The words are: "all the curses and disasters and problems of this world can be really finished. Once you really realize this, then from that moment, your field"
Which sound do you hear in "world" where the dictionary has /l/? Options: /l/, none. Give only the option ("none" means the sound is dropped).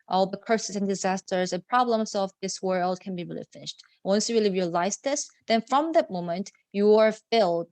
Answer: /l/